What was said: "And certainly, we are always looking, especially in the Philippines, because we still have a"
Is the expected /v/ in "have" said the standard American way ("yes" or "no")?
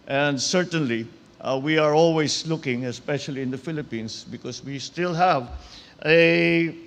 yes